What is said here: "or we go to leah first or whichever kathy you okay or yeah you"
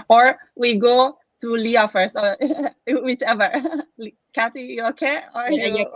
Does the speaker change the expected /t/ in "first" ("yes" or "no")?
yes